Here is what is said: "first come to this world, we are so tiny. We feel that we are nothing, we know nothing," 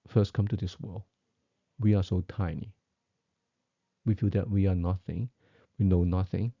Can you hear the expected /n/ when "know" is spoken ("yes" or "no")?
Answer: yes